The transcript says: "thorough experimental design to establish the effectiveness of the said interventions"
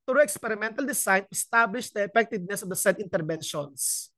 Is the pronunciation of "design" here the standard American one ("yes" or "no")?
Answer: no